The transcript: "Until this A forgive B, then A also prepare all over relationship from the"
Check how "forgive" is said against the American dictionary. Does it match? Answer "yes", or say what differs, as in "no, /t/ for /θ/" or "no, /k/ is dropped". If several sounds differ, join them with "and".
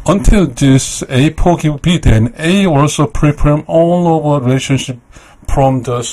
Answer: no, /p/ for /f/ and /w/ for /v/